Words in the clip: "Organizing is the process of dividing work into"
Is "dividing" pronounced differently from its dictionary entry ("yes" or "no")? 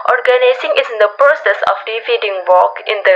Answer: yes